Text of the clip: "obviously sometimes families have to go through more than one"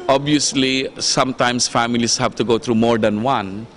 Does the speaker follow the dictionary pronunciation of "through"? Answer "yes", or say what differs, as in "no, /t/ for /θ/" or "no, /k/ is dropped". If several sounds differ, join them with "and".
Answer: no, /t/ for /θ/